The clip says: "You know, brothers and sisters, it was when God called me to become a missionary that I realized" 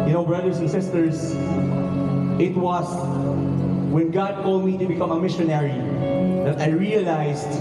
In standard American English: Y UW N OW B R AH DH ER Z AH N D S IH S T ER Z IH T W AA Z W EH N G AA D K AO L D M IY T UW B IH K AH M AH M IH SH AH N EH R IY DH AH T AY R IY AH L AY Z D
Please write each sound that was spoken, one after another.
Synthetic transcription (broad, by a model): Y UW N OW B R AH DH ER S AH N S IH S T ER S IH T W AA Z W EH N G AA D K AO L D M IY T UW B IH K AH M AH M IH SH AH N EH R IY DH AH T AY R IY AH L AY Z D